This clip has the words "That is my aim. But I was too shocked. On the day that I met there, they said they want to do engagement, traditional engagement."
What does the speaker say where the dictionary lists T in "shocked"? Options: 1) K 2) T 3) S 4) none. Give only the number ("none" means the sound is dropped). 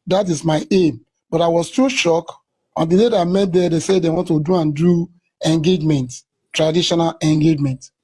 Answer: 4